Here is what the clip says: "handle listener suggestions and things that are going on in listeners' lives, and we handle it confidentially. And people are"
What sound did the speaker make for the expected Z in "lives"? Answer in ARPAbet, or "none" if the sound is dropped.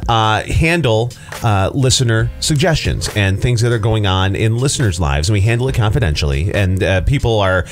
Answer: Z